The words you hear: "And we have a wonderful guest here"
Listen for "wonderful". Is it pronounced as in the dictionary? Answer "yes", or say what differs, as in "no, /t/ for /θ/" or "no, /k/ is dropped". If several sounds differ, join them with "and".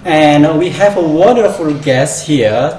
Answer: yes